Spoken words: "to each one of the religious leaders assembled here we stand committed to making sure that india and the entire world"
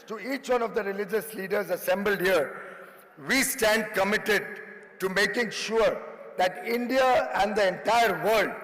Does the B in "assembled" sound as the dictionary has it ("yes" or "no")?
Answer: yes